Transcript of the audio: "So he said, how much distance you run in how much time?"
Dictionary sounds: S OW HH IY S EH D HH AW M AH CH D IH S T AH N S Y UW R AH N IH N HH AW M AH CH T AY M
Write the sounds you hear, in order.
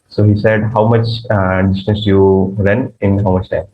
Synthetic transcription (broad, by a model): S OW HH IY S EH D HH AW M AH CH D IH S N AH S Y UW R AH N IH N HH AW M AH CH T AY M